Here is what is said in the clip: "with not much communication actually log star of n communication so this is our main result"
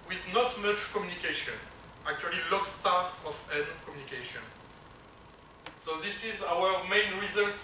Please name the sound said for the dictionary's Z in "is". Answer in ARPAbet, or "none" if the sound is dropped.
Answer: Z